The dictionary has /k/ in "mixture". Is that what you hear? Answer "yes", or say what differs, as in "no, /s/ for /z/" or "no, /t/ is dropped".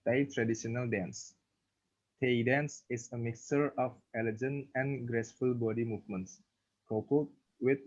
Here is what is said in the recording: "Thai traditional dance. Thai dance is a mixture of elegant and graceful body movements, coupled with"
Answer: yes